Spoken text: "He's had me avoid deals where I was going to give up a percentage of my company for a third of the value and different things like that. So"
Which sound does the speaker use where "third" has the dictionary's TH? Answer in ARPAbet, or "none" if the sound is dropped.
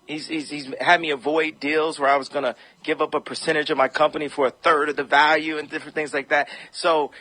TH